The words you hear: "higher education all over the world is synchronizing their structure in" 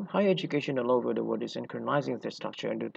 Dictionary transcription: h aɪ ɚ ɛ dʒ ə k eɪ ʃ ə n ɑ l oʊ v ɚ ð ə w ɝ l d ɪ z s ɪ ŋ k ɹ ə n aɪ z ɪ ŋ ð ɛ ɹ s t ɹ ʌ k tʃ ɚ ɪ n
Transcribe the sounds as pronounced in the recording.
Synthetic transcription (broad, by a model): h aɪ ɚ ɛ dʒ ə k eɪ ʃ ə n ɑ l oʊ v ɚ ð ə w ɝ d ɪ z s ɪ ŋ k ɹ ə n aɪ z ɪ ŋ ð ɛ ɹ s t ɹ ʌ k tʃ ɚ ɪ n